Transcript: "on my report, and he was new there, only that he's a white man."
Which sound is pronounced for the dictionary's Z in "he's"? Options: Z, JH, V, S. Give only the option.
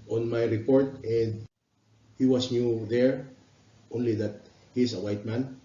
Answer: S